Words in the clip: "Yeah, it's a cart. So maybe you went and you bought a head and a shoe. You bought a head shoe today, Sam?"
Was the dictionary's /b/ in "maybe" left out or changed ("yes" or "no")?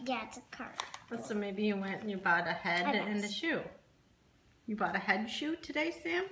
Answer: no